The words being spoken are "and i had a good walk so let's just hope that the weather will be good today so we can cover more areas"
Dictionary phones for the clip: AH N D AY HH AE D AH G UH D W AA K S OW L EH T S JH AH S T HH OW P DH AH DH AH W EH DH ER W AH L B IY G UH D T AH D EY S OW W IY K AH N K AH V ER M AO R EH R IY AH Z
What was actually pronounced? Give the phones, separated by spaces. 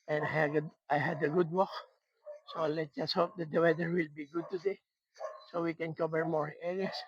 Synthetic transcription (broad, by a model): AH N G AY HH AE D AH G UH D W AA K S OW L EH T JH AH S T HH OW P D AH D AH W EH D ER W AH L B IY G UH D T AH D EY S OW W IY K AH N K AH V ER M AO R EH R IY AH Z